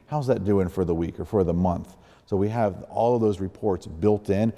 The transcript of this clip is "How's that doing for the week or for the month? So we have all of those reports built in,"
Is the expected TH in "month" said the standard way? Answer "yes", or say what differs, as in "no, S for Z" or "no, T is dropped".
yes